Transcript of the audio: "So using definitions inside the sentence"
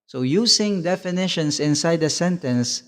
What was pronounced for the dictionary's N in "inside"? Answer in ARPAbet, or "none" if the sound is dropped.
N